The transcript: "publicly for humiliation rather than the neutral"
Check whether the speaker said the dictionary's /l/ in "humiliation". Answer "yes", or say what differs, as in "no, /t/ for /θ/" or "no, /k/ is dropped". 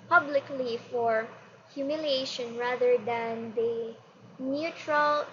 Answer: yes